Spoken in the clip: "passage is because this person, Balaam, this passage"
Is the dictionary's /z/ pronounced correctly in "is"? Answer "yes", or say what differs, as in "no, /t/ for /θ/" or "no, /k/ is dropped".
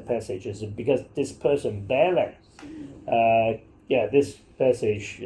yes